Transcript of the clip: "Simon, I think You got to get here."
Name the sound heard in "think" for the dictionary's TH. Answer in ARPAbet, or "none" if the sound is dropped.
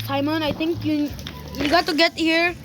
T